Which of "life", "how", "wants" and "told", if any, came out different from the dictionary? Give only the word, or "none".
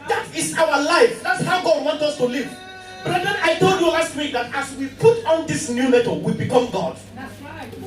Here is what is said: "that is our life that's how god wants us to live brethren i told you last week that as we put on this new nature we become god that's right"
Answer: wants